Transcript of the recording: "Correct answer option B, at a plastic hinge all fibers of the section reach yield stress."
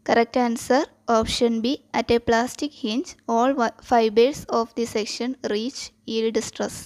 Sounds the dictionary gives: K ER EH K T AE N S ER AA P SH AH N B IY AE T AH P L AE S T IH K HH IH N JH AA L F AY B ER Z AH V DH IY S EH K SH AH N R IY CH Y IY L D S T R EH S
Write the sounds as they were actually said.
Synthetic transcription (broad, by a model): K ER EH K T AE N S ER AA P SH AH N B IY AE T AH P L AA S T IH K HH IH N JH AA L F AY B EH S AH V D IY S EH K SH AH N R IY CH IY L D S T R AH S